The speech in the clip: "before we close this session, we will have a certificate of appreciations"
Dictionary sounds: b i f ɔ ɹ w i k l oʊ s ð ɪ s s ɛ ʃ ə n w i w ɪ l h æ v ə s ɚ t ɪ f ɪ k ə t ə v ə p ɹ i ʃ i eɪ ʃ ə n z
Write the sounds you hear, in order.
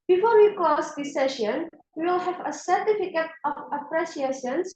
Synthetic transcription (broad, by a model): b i f ɔ ɹ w i k oʊ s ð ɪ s s ɛ ʃ ə n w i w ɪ l h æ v ə s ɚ t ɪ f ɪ k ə t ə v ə p ɹ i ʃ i eɪ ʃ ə n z